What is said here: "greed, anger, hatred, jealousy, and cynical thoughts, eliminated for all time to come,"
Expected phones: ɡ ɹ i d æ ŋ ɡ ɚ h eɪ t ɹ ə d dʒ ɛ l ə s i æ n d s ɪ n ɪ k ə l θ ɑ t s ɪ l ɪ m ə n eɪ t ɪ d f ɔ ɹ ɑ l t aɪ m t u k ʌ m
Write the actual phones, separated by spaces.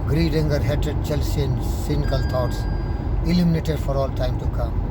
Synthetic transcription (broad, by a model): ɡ ɹ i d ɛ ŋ ɡ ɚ h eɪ t ə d tʃ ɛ l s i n s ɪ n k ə l t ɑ t s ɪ l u m n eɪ t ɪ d f ɔ ɹ ɑ l t aɪ m t u k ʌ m